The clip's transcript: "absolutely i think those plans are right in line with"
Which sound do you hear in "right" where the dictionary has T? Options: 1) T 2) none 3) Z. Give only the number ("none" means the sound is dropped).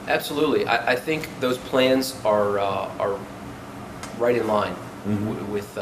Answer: 1